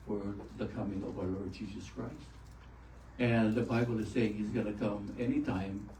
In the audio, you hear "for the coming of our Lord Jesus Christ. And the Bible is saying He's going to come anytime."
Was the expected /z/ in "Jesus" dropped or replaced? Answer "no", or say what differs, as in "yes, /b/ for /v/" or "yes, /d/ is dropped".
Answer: no